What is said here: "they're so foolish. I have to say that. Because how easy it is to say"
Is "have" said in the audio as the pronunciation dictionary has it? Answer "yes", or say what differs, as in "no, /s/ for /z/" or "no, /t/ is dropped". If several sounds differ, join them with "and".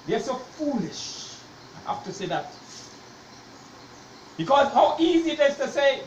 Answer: no, /f/ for /v/